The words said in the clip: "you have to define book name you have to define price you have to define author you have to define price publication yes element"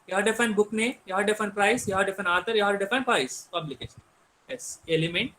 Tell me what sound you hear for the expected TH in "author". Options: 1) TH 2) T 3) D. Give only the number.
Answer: 2